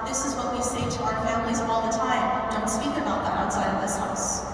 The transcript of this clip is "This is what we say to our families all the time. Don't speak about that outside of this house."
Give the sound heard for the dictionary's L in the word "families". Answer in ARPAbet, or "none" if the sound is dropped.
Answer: L